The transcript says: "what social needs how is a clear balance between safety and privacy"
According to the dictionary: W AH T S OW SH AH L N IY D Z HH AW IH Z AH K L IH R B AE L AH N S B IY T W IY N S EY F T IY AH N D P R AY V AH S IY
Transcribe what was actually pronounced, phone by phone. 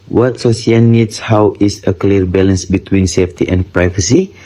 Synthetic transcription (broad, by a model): W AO T S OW S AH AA N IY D S HH AW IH S AH K L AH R B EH L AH N S B IY T W IY N S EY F T IY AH N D P R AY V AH S IY